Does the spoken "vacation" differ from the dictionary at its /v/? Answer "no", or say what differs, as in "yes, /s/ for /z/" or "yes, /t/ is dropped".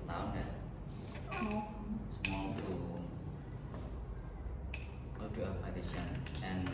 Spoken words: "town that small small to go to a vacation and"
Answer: yes, /p/ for /v/